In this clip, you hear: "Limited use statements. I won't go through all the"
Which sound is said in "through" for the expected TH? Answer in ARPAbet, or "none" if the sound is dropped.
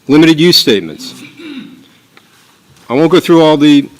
TH